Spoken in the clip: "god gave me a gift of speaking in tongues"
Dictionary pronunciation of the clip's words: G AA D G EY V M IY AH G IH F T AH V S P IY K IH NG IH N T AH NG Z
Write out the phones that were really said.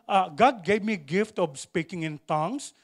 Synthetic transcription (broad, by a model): G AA D G EY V M IY G IH F T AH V S P IY K IH NG IH N T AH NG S